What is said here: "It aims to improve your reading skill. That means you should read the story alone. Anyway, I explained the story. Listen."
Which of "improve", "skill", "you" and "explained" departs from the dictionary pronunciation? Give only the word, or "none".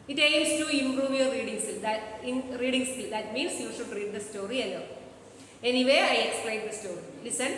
skill